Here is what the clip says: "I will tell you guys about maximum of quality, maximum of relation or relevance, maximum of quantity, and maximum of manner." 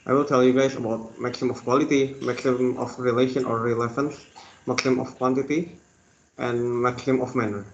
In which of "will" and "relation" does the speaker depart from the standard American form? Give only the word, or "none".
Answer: none